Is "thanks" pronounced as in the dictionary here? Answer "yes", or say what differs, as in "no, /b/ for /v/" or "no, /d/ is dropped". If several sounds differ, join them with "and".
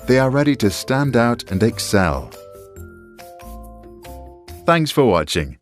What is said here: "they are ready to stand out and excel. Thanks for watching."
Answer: yes